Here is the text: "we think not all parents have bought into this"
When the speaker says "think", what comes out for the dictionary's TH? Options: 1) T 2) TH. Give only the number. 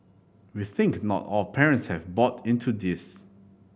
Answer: 2